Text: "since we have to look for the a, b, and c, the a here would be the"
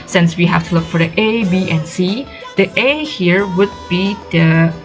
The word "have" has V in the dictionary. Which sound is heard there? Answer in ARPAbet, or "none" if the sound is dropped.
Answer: F